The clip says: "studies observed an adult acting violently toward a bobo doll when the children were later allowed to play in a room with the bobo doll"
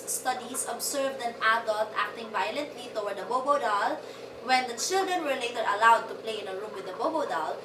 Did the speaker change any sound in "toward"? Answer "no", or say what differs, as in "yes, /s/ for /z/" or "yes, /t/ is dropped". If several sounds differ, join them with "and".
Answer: yes, /w/ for /ɹ/